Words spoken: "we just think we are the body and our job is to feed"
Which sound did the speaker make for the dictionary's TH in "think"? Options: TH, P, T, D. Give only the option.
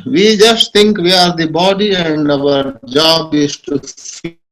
T